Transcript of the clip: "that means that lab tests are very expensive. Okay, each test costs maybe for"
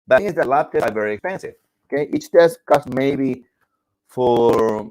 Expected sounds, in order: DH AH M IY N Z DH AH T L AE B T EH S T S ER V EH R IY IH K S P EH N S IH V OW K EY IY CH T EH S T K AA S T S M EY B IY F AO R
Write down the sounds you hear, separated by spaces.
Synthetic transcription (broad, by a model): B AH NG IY Z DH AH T L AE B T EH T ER V EH R IY IH K S P EH N S IH V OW K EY IY CH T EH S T K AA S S M EY B IY F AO R